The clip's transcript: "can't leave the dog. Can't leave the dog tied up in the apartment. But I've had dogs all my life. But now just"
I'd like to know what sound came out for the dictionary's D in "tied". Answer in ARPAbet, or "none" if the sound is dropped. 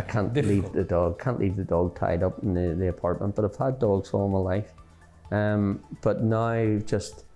D